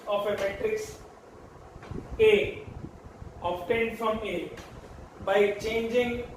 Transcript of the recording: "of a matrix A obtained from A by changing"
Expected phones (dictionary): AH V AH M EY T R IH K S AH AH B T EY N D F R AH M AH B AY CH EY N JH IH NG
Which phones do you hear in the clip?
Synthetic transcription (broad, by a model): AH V AH M EY T R IH K S AH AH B T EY N D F R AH M AH B AY CH EY N JH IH NG